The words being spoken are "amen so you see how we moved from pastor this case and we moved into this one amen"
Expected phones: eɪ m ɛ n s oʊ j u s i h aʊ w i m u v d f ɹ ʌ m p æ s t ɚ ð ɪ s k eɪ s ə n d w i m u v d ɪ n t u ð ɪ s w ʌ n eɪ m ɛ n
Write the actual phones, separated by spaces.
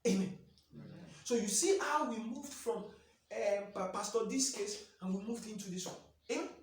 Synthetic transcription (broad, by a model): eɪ m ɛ n s oʊ j u s i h aʊ w i m u v d f ɹ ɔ m p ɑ s t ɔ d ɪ s k eɪ s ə n w i m u v d ɪ n t u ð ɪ s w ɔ eɪ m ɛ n